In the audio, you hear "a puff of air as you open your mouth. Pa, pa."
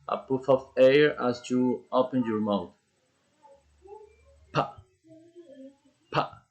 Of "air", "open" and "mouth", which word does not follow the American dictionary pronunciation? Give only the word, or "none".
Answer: mouth